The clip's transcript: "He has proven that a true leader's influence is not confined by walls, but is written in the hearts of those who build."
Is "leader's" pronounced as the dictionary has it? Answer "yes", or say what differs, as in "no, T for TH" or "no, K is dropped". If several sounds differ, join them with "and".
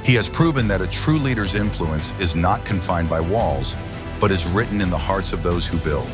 yes